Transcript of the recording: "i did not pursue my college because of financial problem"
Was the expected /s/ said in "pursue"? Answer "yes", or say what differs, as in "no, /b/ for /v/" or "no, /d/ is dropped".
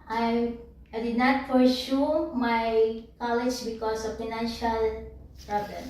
no, /ʃ/ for /s/